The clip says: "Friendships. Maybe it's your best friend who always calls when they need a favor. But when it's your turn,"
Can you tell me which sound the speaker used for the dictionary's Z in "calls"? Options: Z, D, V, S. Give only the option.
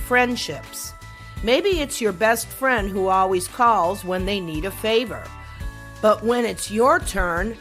Z